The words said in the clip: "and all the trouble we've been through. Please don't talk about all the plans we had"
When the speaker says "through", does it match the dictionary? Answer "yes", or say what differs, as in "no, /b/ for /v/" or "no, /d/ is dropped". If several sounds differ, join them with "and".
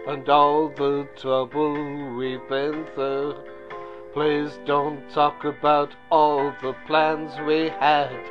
no, /ɹ/ is dropped